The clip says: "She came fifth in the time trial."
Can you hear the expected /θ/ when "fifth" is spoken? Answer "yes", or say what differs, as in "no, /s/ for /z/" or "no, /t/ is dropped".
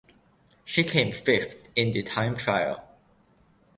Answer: no, /t/ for /θ/